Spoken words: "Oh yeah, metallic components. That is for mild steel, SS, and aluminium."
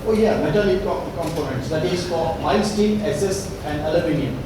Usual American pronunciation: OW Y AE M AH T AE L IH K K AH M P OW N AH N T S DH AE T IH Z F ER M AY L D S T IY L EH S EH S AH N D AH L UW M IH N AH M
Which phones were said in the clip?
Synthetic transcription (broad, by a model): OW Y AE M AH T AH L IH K K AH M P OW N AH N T S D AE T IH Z F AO M AY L S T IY N EH S EH S AH N D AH L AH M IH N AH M